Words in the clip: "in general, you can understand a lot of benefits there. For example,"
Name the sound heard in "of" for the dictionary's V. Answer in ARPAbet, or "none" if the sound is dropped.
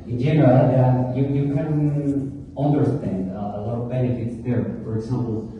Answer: V